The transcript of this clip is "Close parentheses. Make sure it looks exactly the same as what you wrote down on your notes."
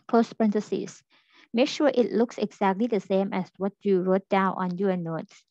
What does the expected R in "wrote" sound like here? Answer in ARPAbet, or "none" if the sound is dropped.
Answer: R